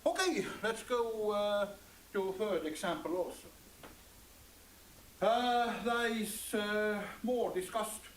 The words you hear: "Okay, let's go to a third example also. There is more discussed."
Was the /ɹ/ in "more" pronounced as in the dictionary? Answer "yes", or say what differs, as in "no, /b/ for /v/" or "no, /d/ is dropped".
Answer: yes